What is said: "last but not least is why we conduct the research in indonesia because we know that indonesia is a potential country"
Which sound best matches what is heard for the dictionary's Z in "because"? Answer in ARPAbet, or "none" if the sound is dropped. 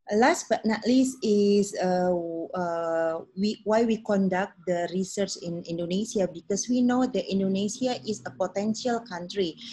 S